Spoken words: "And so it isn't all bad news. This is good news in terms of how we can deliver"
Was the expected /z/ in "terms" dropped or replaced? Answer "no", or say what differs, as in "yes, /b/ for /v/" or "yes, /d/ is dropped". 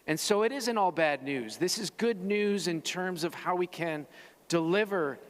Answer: no